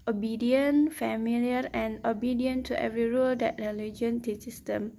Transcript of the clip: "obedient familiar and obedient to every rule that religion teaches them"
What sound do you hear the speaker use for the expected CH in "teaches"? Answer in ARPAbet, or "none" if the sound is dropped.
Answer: S